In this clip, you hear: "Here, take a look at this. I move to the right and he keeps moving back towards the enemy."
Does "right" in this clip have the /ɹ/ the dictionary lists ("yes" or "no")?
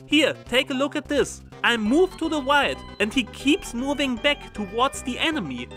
no